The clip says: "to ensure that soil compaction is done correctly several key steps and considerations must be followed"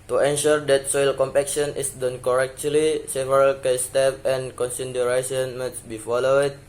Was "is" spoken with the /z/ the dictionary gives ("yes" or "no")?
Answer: no